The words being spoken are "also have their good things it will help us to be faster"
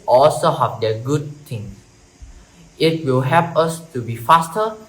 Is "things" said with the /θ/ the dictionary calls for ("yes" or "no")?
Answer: no